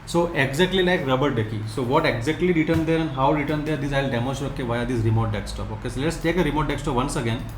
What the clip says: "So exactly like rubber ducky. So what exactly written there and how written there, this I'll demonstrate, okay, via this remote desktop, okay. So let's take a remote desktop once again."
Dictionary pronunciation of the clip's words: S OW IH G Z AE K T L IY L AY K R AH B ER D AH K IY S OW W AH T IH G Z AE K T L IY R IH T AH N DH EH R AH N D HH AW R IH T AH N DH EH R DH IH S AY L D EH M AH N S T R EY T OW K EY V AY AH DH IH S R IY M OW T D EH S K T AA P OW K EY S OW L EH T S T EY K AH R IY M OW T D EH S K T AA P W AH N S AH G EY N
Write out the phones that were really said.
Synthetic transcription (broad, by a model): S OW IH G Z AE K T L IY L AY K R AH B ER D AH K IY S OW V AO T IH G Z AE K T L IY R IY T AH N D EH R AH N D HH AW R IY T AH N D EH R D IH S AY L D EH M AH S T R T OW K EY V AY AH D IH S R IY M OW T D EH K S T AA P OW K EY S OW L EH T S T EY K AH R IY M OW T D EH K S T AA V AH N S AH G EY N